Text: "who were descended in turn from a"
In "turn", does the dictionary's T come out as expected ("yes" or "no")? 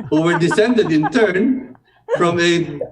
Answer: yes